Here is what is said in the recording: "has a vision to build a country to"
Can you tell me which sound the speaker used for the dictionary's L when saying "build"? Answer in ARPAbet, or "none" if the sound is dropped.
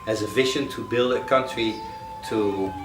L